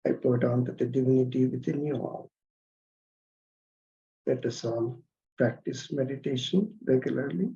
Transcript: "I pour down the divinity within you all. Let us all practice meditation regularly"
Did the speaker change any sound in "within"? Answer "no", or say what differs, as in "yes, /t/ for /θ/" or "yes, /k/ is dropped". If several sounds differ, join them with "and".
yes, /t/ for /θ/